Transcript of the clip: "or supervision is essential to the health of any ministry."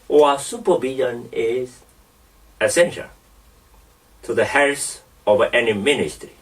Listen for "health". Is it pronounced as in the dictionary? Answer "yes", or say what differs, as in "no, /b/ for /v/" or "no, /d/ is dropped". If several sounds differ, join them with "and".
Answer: no, /s/ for /θ/